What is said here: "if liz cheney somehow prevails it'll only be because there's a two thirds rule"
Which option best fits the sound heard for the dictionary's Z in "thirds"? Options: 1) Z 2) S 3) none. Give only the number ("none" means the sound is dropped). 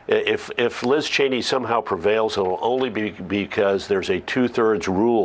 1